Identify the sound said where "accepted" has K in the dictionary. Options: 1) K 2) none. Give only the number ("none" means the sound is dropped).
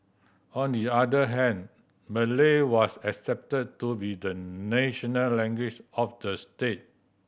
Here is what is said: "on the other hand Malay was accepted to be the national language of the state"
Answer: 1